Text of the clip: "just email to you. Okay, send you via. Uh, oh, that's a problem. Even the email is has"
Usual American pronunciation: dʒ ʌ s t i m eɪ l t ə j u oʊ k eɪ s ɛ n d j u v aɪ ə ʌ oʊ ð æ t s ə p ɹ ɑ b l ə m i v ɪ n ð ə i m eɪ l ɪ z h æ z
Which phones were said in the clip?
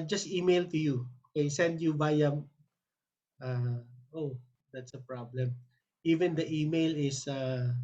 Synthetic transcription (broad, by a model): dʒ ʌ s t i m eɪ l t ə j u oʊ k eɪ s ɛ n d j u b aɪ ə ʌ oʊ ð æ t s ə p ɹ ɑ b l ə m i v ɪ n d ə i m eɪ l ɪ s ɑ